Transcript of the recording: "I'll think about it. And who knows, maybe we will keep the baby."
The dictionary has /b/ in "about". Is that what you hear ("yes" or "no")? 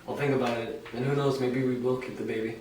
yes